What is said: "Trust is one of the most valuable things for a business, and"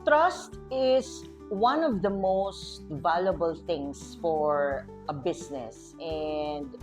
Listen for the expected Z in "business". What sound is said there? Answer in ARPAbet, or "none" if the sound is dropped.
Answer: S